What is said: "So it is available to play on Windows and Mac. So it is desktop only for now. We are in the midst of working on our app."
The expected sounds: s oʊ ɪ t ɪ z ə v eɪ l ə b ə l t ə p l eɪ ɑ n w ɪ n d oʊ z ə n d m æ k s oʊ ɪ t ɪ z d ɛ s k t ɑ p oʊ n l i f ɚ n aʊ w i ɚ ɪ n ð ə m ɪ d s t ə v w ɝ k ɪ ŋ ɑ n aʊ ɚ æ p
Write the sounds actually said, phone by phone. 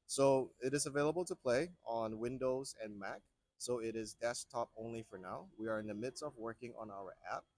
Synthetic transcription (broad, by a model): s oʊ ɪ t ɪ z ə v eɪ l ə b l t ə p l eɪ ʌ n w ɪ n d oʊ z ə n m æ k s oʊ ɪ t ɪ z d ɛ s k t ɑ p oʊ n l i f ɚ n aʊ w i ɚ ɪ n ð ə m ɪ d s t ə v w ɝ k ɪ ŋ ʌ n aʊ ɚ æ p